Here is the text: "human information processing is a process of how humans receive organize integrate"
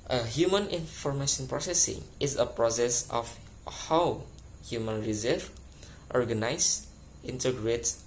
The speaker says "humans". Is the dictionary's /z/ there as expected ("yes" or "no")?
no